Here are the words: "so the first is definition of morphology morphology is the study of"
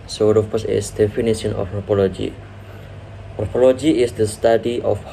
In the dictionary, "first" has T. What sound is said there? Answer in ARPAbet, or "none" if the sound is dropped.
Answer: none